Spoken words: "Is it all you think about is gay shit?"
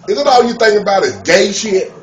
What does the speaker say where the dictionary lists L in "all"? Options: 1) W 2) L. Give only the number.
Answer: 1